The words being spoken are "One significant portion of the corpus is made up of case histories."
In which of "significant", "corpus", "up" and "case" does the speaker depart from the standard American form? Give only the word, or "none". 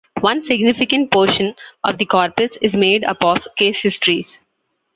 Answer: none